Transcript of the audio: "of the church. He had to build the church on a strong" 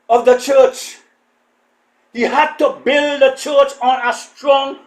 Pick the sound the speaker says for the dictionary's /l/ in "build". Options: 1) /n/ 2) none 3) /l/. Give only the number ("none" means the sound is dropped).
3